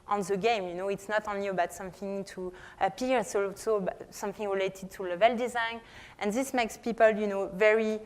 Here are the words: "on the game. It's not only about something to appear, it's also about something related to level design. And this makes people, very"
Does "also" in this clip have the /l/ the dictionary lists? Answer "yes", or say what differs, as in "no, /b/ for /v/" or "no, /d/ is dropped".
no, /l/ is dropped